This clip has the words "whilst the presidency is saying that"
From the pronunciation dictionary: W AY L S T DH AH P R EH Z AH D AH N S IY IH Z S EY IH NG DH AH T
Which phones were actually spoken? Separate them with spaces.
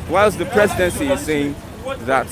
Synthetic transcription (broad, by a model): W AY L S DH AH P R EH Z AH D AH N S IY IH Z S EY IH NG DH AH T